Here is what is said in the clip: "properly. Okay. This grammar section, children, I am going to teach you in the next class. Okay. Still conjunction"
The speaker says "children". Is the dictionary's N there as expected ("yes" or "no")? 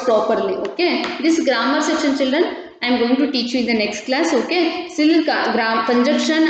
yes